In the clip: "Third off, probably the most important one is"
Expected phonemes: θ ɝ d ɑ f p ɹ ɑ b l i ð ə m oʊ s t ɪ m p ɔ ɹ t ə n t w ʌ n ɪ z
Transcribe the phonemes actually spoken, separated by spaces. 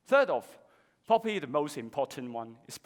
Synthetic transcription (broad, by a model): θ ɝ d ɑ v p ɑ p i ð ə m oʊ s t ɪ m p ɔ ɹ t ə n t w ʌ n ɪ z